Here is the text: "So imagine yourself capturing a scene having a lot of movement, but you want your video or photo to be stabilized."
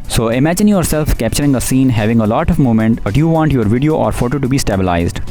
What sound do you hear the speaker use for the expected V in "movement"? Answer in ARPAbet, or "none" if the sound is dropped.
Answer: none